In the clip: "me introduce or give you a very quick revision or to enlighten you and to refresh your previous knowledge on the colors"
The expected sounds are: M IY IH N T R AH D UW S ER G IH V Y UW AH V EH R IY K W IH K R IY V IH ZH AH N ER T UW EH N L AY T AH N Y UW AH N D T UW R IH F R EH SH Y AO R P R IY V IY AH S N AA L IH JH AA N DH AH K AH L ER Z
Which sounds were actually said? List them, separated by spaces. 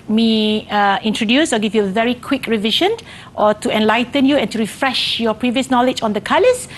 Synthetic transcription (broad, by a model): M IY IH N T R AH D UW S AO G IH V Y UW AH V EH R IY K W IH K R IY V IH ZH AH N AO T UW EH N L AY T AH N Y UW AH N T UW R IH F R EH SH Y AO P R IY V IY AH S N AA L IH JH AA N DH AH K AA L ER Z